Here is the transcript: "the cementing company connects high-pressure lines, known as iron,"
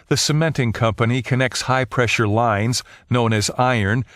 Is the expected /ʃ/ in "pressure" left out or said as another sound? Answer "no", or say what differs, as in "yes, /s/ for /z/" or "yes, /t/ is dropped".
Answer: no